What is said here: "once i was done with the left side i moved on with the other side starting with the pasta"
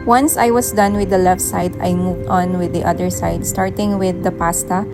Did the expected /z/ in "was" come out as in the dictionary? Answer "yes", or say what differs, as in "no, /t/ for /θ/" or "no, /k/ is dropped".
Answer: no, /s/ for /z/